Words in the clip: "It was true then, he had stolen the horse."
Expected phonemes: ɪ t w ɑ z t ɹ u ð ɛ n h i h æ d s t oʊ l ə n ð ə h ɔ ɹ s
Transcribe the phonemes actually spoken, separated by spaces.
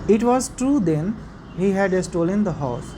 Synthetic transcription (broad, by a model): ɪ t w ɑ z t ɹ u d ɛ n h i h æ d s t oʊ l ə n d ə h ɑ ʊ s